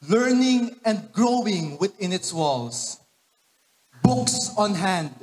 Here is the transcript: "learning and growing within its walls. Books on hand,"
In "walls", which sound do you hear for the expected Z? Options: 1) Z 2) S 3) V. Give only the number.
2